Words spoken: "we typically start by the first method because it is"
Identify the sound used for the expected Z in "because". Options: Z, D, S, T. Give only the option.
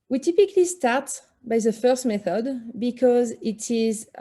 Z